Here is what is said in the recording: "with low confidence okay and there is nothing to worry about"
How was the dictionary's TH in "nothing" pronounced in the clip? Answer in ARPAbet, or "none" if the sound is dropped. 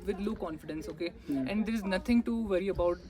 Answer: T